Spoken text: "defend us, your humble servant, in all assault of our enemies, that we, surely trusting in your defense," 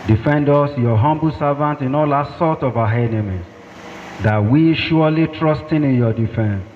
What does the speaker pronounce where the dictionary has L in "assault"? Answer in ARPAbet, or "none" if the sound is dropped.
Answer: none